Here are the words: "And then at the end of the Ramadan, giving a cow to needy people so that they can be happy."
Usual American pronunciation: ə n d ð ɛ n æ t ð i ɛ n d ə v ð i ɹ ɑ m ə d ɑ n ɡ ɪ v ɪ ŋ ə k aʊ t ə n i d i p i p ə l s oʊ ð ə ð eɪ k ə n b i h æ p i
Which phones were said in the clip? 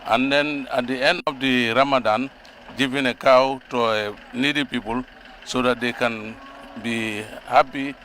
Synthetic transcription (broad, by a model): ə n d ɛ n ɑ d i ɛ n ə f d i ɹ ɑ m ə d ɑ n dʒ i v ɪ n ə k aʊ t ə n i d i p i p ə l s oʊ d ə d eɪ k ə n b i h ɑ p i